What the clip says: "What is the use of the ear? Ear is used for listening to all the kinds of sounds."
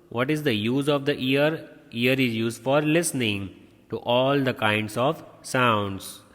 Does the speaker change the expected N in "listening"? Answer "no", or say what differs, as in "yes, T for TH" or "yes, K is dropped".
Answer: no